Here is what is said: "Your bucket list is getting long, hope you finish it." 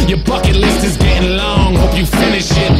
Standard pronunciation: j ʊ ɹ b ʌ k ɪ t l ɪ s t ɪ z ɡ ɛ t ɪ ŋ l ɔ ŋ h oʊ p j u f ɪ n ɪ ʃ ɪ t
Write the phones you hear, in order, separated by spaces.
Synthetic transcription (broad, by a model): j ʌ ɹ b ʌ k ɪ t l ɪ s ɪ z ɡ ɛ t ɪ ŋ l ɔ ŋ h oʊ p j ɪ f ɪ n ɪ ʃ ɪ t